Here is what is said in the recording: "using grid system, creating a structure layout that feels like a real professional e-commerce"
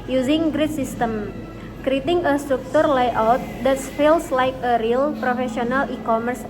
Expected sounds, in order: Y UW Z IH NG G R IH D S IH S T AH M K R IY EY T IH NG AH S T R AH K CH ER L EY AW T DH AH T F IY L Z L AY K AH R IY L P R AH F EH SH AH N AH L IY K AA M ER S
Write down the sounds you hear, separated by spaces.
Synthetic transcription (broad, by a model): Y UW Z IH NG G R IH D S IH S T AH M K R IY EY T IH NG AH S T R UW K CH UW L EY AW T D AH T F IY L S L AY K AH R IY L P R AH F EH S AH N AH L IY K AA M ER S